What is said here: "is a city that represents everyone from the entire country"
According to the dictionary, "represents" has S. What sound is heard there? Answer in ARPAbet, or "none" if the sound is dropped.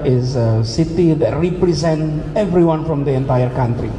none